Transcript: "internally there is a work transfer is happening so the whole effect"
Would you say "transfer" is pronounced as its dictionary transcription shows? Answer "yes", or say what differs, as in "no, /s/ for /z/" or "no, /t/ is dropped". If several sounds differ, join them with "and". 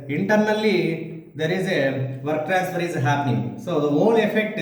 no, /n/ is dropped